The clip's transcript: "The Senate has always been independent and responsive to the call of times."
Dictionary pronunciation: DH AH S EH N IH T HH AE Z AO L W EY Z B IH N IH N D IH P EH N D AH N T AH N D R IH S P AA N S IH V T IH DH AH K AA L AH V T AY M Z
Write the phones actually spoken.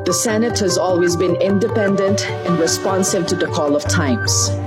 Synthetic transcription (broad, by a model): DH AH S EH N IH T HH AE Z AO L W EY Z B IH N IH N D IH P EH N D AH N T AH N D R IH S P AA N S IH V T IH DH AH K AA L AH V T AY M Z